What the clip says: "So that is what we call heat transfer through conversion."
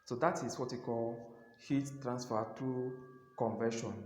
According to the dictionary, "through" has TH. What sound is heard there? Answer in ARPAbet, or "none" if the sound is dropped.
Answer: T